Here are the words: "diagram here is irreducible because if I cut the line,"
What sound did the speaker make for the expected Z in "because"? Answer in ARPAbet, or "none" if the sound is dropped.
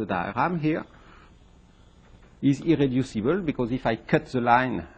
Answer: Z